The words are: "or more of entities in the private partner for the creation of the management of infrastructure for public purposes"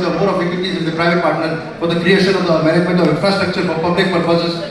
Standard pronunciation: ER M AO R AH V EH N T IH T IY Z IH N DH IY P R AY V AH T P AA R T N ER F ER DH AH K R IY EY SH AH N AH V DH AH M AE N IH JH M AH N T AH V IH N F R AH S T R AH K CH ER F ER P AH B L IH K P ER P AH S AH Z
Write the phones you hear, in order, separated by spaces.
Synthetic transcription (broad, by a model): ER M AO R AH B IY T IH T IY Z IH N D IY P R AY V AH T P AA R T N ER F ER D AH K R IY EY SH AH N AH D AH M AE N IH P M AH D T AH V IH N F R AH S T R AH K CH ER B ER P AH B L IH K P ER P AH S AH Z